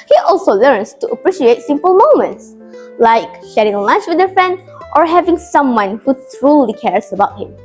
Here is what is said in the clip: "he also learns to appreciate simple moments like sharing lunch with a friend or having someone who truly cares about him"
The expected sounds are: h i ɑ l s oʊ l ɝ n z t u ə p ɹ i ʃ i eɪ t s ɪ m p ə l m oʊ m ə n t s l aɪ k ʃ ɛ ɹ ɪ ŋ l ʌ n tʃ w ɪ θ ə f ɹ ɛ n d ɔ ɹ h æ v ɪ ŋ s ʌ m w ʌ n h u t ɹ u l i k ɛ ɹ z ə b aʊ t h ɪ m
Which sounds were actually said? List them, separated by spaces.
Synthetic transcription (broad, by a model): h i ɑ l s oʊ l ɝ n s t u ə p ɹ i ʃ i eɪ t s ɪ m p ə l m oʊ m ə n t s l aɪ k ʃ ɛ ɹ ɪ ŋ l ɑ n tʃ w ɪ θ ə f ɹ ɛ n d ɔ ɹ h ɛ v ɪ ŋ s ʌ m w ʌ n h u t ɹ u l i k ɛ ɹ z ə b aʊ t h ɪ m